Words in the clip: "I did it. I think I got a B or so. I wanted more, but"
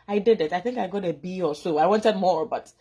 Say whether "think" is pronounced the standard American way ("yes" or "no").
yes